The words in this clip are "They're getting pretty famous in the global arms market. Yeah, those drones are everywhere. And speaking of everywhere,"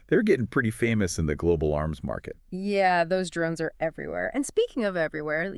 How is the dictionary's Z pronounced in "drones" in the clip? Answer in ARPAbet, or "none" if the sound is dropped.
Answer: Z